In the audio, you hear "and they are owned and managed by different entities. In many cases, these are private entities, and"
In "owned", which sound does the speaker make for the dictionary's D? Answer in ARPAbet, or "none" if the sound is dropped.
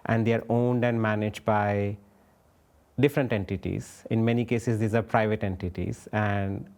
D